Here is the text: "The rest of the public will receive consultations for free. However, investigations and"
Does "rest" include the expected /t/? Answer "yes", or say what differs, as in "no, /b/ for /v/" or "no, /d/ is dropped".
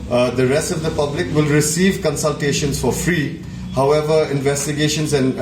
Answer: yes